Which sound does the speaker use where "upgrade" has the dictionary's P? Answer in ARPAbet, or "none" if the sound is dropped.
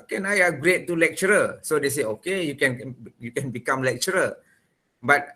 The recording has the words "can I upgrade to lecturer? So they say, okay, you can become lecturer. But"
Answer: none